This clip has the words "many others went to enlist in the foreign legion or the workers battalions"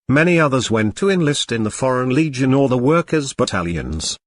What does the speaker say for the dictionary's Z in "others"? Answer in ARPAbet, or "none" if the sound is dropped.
Z